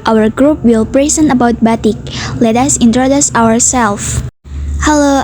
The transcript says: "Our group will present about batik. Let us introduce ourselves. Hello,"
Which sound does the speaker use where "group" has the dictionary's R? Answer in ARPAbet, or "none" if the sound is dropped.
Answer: R